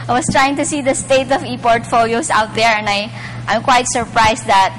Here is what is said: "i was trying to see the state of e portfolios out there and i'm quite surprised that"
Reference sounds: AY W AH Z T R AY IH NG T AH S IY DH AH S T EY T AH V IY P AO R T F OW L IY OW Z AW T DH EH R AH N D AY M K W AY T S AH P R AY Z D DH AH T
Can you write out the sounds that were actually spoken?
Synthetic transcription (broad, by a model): AY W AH S T R AY IH NG T AH S IY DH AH S T EY T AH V IY P AO R T F OW L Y OW S AW T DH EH R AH N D AY M K W AY T S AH P R AY S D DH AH T